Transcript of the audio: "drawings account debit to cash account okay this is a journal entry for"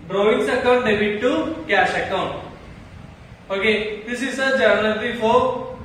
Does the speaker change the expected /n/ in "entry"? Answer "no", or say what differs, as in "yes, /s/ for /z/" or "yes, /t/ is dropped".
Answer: yes, /l/ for /n/